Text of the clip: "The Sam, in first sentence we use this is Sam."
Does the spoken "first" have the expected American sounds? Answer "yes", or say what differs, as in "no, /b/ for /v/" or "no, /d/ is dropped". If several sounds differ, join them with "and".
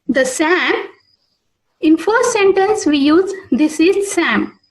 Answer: no, /s/ is dropped